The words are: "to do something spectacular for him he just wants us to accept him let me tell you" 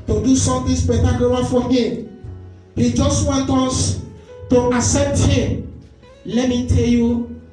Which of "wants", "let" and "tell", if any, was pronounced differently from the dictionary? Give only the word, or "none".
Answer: wants